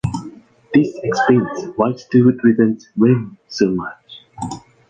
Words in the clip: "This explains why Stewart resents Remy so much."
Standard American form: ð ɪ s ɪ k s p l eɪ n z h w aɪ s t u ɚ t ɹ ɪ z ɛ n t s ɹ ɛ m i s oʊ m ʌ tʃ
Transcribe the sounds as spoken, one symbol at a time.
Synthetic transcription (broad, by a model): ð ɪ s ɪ k s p eɪ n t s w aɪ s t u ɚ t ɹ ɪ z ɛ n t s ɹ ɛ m s oʊ m ʌ tʃ